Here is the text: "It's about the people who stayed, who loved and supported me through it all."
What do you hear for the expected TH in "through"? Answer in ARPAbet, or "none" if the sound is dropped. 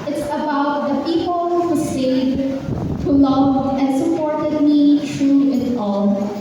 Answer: T